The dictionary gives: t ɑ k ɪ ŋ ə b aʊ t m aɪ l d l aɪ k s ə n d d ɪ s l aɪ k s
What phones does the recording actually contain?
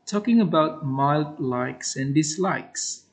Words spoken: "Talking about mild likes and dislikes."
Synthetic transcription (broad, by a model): t ɑ k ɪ ŋ ə b aʊ t m aɪ l d l aɪ k s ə n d d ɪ s l aɪ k s